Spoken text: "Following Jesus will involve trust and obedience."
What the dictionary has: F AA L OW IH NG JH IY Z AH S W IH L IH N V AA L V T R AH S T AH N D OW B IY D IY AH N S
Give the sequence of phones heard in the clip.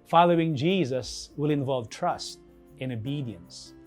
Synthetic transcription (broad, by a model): F AA L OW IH NG JH IY Z AH S W IH L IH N V AA L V T R AH S T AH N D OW B IY D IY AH N S